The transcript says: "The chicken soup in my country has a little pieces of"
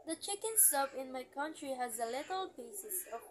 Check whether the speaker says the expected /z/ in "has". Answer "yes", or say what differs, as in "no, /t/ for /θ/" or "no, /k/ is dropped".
yes